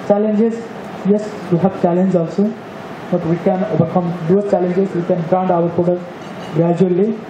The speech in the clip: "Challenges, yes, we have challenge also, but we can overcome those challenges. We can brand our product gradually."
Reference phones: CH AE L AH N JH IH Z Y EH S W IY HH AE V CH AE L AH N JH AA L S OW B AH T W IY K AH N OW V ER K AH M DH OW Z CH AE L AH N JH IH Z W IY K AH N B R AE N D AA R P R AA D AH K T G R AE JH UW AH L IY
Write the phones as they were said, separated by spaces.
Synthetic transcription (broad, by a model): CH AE L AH N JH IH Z Y EH S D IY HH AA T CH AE L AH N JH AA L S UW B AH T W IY K AH N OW B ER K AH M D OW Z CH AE L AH N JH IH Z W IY K AH N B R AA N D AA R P AA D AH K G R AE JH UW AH L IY